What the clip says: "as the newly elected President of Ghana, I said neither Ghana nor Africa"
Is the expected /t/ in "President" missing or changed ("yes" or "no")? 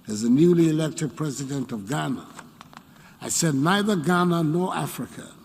no